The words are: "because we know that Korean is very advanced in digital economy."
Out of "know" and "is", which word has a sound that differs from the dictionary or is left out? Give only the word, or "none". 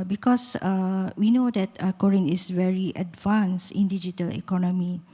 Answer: is